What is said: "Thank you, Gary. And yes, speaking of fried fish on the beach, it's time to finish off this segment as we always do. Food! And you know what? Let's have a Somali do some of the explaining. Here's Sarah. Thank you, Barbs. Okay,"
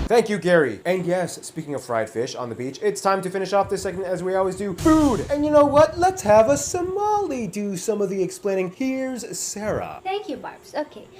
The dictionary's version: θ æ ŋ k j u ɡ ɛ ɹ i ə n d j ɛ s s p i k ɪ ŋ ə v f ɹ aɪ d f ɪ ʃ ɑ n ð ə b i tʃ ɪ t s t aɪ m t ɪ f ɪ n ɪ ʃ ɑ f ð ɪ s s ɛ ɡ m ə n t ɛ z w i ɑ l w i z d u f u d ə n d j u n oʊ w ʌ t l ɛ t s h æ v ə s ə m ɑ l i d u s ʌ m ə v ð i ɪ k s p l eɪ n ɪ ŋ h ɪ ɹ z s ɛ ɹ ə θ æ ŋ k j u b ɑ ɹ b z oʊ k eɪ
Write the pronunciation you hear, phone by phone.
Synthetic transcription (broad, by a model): θ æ ŋ k j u ɡ ɛ ɹ i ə n j ɛ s s p i k ɪ ŋ ə v f ɹ aɪ d f ɪ ʃ n ð ə b i tʃ ɪ t s t aɪ m t ɪ f ɪ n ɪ ʃ ɑ f ð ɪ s s ɛ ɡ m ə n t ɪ z w i ɑ l w i z d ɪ f u d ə n j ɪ n oʊ w ʌ t l ɛ t s h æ v ə s ə m ɑ l i d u s ʌ m ə v ð i ɪ k s p l eɪ n ɪ ŋ h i ɹ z s ɛ ɹ ə θ æ ŋ k j u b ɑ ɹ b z oʊ k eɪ